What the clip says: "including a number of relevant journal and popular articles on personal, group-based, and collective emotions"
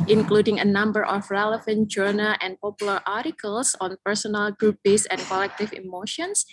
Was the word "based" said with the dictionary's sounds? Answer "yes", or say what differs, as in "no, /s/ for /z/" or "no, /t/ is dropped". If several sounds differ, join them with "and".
no, /t/ is dropped